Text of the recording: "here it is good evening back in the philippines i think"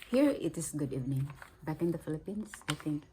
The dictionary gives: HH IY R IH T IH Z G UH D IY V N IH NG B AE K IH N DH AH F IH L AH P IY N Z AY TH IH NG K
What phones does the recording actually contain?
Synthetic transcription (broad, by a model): HH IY R IH T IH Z G UH D IY V N IH NG B AE K IH N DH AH F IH L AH P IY N S AY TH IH NG K